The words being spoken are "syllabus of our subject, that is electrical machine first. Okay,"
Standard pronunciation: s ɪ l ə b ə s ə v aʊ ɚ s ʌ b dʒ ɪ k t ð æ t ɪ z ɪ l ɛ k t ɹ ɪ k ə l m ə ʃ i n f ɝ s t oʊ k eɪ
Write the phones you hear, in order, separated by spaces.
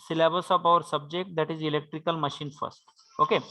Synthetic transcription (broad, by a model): s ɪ l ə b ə s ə p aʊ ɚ s ʌ b dʒ ɪ k t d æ t ɪ z ɪ l ɛ k t ɹ ɪ k ə l m ə ʃ i n f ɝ s t oʊ k eɪ